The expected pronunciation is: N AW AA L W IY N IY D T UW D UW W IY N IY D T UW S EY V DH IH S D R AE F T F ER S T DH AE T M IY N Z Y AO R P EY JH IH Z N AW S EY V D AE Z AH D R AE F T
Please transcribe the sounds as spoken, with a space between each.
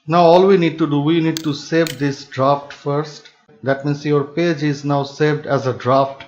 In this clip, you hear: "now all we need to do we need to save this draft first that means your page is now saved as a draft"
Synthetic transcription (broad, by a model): N AW AA L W IY N IY D T UW D UW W IY N IY D T UW S EY V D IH S D R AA F T F ER S T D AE T M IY N S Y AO R P EY JH IH Z N AW S EY V D AE Z AH D R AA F T